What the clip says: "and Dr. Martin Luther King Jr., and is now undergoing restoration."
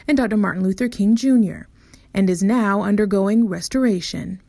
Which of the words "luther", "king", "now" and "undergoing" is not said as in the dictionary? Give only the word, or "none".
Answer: none